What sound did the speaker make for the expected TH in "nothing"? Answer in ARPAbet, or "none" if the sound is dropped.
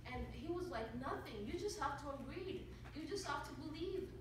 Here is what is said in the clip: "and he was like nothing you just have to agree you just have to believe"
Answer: TH